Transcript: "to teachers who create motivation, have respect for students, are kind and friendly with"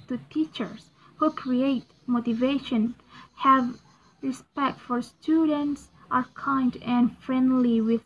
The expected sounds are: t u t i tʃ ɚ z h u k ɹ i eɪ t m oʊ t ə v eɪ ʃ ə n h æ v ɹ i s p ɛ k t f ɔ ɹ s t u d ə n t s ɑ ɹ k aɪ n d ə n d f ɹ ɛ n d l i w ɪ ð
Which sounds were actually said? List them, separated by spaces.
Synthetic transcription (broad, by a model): t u t i tʃ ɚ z h u k ɹ i eɪ t m oʊ t ə v eɪ ʃ ə n h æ v ɹ i s p ɛ k t f ɔ ɹ s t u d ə n t s ɑ ɹ k aɪ n d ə n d f ɹ ɛ n d l i w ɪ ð